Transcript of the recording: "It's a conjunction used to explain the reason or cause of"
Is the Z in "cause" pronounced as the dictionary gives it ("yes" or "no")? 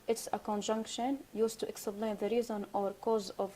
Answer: yes